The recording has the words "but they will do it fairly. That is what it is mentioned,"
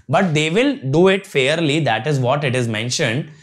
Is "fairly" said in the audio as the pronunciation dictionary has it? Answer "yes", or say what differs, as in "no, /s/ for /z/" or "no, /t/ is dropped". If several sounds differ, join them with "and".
yes